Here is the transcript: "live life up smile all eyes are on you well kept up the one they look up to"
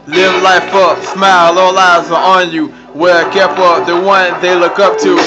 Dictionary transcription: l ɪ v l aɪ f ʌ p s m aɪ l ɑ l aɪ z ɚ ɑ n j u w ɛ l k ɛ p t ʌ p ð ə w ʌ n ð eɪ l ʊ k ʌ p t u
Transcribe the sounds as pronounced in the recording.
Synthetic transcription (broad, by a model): l ɪ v l aɪ f ʌ p s m aɪ l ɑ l aɪ z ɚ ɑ n j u w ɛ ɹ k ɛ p ʌ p ð ə w ʌ n ð eɪ l ʊ k ʌ p t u